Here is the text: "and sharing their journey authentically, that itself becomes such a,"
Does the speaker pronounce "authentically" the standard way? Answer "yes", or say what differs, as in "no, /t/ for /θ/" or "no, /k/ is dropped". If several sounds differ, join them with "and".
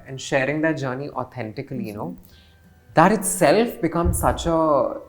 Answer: no, /t/ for /θ/